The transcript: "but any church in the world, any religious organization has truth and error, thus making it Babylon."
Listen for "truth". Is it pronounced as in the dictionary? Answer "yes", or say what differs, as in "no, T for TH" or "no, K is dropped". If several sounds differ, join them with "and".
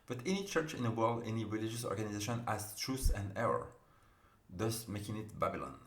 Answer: no, S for TH